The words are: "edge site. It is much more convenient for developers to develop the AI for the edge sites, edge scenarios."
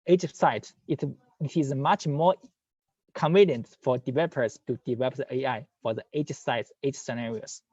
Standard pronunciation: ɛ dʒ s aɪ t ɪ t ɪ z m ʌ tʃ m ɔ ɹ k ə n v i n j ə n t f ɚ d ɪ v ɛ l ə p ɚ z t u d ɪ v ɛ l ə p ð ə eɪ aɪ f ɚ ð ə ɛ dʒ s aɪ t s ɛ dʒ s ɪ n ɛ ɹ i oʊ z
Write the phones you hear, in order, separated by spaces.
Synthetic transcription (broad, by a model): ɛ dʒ s aɪ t ɪ t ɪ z m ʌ tʃ m ɔ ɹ k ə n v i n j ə n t f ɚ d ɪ v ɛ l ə p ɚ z t u d ɪ v ɛ l ə p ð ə eɪ aɪ f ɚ ð ə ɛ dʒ s aɪ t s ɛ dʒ s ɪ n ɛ ɹ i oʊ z